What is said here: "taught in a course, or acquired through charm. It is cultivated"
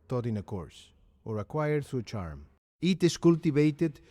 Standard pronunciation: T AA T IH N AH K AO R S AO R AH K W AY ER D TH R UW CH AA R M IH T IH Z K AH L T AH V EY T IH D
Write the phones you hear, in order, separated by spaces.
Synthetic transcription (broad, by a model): T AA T IH N AH K AO R S AO R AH K W AY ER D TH UW CH AA R M IH T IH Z K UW L T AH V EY T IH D